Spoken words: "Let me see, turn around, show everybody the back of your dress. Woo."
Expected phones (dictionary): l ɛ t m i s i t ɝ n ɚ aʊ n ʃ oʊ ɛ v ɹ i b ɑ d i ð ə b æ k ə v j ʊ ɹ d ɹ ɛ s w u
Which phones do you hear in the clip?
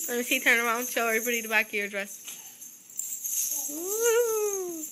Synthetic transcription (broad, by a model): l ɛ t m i s i t ɝ n ɚ aʊ n ʃ oʊ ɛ ɹ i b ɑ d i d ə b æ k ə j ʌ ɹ d ɹ ɛ s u